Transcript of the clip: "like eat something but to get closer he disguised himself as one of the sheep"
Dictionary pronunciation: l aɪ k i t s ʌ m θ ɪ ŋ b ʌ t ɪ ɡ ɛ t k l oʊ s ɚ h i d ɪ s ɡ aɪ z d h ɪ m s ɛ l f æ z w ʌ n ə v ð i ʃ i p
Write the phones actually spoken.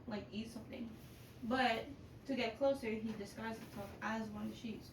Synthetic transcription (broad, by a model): l aɪ k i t s ʌ m θ ɪ ŋ b ʌ t ɪ ɡ ɛ t k l oʊ s ɚ h i d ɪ s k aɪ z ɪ s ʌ f æ z w ʌ n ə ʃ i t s